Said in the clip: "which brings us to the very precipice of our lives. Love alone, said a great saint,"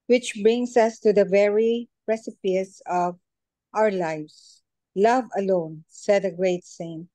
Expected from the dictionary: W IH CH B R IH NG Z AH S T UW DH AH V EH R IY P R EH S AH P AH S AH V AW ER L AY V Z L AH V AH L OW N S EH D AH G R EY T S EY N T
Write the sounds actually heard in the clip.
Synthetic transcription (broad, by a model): W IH CH B R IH NG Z AH S T UW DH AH V EH R IY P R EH S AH P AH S AH V AW ER L AY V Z L AH V AH L OW N S EH D AH G R EY T S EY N